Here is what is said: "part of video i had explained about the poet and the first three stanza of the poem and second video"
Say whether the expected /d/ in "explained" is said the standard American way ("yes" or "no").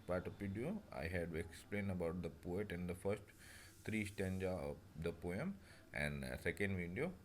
no